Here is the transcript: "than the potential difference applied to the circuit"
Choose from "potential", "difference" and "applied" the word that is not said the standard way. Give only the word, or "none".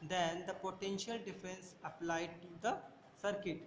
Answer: difference